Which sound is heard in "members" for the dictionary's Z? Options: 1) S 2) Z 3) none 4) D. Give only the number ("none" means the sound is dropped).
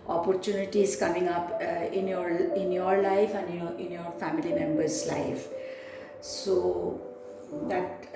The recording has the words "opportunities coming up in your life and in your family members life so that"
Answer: 1